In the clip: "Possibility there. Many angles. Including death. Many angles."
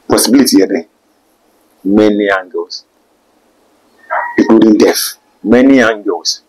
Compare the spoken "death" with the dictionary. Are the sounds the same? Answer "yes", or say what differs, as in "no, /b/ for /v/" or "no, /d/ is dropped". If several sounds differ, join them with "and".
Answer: no, /f/ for /θ/